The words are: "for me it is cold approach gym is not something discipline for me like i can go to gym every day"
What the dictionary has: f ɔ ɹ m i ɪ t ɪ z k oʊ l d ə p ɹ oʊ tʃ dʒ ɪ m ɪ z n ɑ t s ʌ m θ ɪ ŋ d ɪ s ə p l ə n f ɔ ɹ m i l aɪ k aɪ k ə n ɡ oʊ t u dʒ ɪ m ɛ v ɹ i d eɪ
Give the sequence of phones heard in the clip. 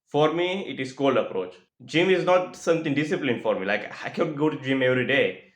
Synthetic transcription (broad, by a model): f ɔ ɹ m i ɪ t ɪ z k oʊ l d ə p ɹ oʊ tʃ dʒ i m ɪ z n ɑ t s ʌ m t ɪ ŋ d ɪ s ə p l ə n f ɔ ɹ m i l aɪ k aɪ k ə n ɡ oʊ t u dʒ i m ɛ v ɹ i d eɪ